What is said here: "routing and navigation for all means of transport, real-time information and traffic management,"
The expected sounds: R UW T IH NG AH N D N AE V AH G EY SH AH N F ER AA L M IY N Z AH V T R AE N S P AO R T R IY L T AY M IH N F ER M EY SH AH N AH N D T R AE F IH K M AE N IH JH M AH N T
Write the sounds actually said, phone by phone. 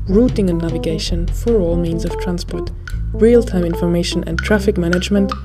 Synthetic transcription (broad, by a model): R UW T IH NG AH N N AE V AH G EY SH AH N F ER AA L M IY N Z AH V T R AE N S P AO R T R IY L T AY M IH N F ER M EY SH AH N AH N T R AE F IH K M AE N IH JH M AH N T